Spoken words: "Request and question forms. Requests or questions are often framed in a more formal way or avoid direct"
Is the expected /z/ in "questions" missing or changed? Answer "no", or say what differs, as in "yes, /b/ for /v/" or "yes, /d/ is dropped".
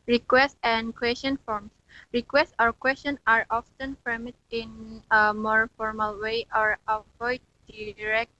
yes, /z/ is dropped